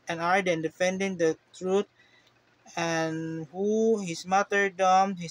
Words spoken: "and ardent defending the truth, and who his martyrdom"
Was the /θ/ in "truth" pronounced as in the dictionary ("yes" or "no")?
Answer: no